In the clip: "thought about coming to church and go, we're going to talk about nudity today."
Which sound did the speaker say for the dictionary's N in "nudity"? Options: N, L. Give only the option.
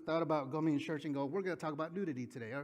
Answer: L